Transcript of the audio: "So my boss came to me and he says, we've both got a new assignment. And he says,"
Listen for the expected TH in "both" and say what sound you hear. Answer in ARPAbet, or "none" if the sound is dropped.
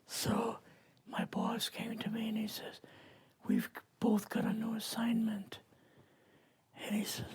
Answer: TH